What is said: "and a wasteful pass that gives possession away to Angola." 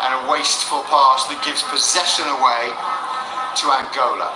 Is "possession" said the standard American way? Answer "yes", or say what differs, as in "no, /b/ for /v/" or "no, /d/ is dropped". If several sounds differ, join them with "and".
yes